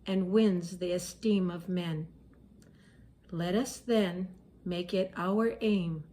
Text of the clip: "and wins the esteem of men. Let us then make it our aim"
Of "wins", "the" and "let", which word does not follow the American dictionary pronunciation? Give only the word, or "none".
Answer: none